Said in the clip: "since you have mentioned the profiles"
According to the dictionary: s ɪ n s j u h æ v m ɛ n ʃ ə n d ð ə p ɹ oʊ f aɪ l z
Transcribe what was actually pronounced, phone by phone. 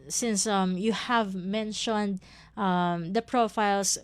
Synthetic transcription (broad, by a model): s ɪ n s j u h æ v m ɛ n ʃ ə n d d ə p ɹ oʊ f aɪ l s